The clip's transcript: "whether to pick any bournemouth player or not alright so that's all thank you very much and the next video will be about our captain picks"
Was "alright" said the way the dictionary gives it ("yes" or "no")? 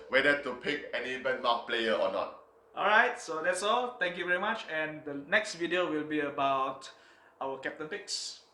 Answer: yes